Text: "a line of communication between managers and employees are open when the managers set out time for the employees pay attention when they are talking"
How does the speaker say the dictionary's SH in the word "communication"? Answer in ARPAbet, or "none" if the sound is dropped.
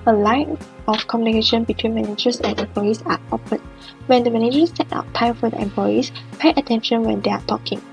SH